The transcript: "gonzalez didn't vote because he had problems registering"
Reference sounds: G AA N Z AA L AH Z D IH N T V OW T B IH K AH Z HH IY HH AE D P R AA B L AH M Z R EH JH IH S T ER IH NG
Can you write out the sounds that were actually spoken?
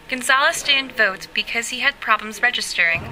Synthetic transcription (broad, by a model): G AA N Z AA L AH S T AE N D V OW T B IH K AH Z HH IY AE D P R AA B L AH M Z R EH JH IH S T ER IH NG